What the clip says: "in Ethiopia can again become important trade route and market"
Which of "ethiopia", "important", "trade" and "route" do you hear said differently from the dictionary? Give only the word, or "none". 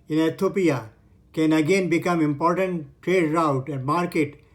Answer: ethiopia